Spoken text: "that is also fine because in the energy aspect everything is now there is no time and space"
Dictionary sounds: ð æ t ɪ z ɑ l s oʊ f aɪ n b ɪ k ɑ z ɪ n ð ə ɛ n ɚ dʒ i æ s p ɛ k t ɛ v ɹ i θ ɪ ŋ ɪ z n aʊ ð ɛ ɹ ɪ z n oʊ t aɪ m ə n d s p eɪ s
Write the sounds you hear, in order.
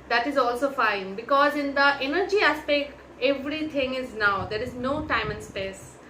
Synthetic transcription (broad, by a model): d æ t ɪ z ɑ l s oʊ f aɪ n b ɪ k ɑ z ɪ n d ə ɛ n ɚ dʒ i æ s p ɛ k t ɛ v ɹ i t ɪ ŋ ɪ z n aʊ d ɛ ɹ ɪ z n oʊ t aɪ m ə n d s p eɪ s